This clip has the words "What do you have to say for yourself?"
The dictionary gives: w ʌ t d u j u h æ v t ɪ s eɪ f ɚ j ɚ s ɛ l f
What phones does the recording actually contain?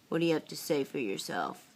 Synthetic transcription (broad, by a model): w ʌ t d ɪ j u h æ p t ɪ s eɪ f ɚ j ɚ s ɛ l f